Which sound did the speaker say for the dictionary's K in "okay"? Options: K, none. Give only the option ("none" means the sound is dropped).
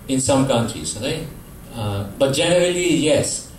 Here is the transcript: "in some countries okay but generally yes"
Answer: none